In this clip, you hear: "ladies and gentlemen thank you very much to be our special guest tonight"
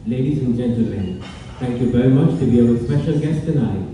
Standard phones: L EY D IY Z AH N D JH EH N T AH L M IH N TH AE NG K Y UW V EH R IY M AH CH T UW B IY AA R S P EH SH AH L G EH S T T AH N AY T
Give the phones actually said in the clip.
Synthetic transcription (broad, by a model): L EY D IY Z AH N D JH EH N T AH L M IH N T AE NG K Y UW V EH R IY M AH CH T UW B IY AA W S P EH SH AH L G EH S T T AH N AY